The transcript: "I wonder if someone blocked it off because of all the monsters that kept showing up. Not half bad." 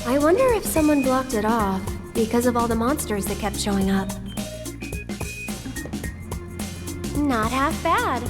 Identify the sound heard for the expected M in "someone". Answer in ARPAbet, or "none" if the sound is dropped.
M